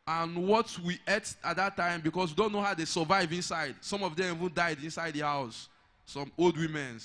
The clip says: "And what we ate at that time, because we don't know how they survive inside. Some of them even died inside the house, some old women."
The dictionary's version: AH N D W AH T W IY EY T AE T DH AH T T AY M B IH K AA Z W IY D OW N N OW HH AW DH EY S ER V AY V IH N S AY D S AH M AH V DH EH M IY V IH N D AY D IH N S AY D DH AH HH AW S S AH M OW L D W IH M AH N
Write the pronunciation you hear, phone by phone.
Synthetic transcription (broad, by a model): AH N W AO T W IY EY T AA T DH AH T T AY M B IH K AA S W IY D OW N N OW HH AW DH EY S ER V AY V IH N S AY D S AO M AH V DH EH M IY V IH N D AY D IH N S AY D DH AH HH AW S S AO M OW L D W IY M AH N